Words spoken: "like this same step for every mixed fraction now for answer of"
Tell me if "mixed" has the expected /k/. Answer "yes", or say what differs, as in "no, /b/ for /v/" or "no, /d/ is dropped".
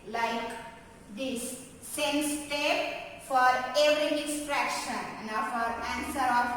no, /k/ is dropped